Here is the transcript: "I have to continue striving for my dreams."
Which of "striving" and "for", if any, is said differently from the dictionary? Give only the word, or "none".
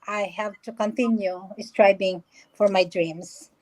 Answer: striving